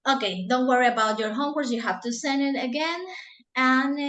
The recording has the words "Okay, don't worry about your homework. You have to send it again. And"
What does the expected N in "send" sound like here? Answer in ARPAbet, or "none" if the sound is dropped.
N